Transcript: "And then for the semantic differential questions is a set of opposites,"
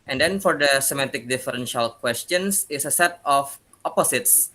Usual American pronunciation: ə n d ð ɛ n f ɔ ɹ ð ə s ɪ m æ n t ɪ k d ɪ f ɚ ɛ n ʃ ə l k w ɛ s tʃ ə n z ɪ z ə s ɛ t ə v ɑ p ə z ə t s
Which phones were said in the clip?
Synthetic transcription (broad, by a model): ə n d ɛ n f ɔ ɹ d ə s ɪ m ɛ t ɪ k d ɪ f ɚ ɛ n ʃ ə l k w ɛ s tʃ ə n s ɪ s ə s ɛ t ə f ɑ p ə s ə t s